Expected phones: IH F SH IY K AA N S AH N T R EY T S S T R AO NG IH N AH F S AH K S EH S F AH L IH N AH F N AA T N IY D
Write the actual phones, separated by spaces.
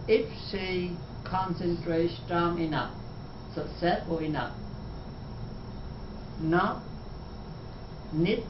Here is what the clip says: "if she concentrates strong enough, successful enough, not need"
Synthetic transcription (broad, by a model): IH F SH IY K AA N S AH N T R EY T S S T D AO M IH N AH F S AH S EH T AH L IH N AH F N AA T N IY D